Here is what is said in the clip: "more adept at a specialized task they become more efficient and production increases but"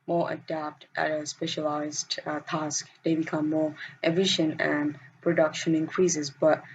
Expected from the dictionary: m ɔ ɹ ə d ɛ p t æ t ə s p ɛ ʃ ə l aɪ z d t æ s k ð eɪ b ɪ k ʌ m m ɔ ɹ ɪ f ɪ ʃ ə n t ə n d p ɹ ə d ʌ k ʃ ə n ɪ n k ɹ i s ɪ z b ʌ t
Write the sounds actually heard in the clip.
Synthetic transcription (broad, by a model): m ɔ ɹ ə d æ p t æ t ə s p ɛ ʃ ə l aɪ z d t æ s k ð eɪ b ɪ k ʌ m m ɔ ɹ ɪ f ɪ ʃ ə n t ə n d p ɹ ə d ʌ k ʃ ə n ɪ n k ɹ i s ɪ z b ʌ t